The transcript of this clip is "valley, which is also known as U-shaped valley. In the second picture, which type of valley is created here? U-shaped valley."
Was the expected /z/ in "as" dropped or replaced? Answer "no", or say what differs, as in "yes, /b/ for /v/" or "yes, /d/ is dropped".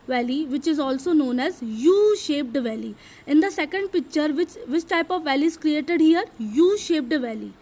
no